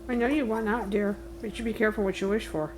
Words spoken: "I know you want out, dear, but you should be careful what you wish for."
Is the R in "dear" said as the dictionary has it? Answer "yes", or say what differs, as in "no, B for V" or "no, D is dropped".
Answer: yes